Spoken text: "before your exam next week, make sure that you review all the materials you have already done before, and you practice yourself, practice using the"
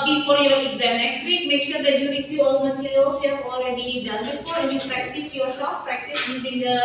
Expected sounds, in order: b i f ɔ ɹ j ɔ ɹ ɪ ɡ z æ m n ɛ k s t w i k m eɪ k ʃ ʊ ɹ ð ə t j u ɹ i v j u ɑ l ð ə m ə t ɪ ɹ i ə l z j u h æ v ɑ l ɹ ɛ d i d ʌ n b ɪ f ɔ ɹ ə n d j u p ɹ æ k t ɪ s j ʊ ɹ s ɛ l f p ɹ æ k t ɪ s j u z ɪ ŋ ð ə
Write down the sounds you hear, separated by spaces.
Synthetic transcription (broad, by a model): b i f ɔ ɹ j ɔ ɹ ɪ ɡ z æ m n ɛ k s t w i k m eɪ k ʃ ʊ ɹ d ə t j u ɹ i f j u ɑ l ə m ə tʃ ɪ l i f j u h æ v ɑ l ɹ ɛ d i d ʌ n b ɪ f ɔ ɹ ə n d j u p ɹ æ k t ɪ s j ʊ ɹ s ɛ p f p ɹ æ k t ɪ s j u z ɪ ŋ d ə